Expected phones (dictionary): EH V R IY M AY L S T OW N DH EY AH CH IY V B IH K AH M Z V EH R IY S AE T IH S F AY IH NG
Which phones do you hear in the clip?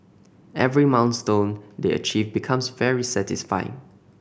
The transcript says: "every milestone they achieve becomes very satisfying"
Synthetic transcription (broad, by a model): EH V R IY M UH N S T OW N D EY AH CH IY V B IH K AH M S V EH R IY S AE T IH S F AY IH NG